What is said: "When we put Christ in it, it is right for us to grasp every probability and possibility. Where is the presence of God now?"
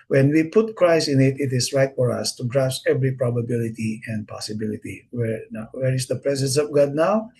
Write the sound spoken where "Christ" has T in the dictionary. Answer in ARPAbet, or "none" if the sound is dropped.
none